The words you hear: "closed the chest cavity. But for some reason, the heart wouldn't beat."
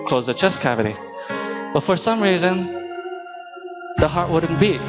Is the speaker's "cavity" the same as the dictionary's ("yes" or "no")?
yes